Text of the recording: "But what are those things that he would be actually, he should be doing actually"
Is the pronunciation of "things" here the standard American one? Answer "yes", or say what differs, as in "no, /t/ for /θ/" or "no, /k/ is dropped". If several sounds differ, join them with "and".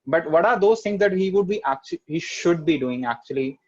no, /t/ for /θ/